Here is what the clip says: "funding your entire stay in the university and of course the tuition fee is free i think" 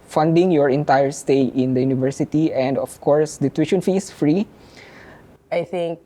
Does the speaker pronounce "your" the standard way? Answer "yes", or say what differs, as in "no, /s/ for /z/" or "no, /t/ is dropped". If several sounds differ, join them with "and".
yes